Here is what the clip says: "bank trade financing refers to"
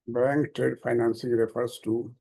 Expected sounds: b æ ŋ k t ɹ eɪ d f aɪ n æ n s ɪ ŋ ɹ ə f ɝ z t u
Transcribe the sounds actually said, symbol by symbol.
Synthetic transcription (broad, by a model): b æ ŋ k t eɪ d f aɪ n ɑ n s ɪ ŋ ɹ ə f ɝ s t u